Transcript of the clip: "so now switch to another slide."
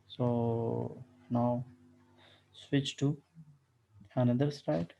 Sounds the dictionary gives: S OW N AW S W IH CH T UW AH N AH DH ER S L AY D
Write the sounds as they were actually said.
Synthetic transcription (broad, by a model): S OW N AW S W IH CH T UW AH N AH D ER S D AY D